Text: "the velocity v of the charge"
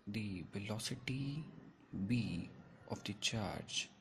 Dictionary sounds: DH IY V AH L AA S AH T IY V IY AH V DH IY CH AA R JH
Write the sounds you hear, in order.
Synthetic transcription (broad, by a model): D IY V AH L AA S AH T IY B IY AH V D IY CH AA R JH